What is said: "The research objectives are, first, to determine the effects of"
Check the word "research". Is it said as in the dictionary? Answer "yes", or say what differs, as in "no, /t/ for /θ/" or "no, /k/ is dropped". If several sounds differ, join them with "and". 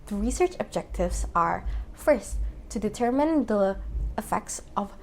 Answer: yes